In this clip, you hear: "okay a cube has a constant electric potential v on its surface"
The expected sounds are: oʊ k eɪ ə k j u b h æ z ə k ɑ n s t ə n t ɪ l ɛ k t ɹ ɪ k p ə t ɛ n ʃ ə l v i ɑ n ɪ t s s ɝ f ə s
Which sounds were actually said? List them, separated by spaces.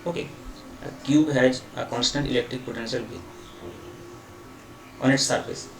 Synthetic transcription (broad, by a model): oʊ k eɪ ə k j u b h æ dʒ ə k ɑ n s t ə n t ɪ l ɛ k t ɹ ɪ k p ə t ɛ n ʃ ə l b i ɑ n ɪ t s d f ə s